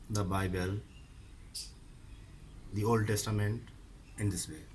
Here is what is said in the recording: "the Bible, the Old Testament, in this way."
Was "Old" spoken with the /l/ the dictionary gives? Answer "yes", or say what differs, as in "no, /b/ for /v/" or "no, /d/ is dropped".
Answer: yes